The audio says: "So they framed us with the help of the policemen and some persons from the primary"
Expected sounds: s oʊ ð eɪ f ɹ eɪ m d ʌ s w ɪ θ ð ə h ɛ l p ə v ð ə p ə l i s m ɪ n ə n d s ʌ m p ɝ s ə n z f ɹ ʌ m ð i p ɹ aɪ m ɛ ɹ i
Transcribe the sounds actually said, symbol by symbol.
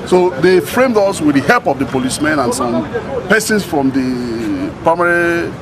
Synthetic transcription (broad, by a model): s oʊ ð eɪ f ɹ eɪ m d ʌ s w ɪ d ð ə h ɛ l p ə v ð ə p ə l i s m ɪ n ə n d s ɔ m p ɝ s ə n s f ɹ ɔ m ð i p ɹ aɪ m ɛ ɹ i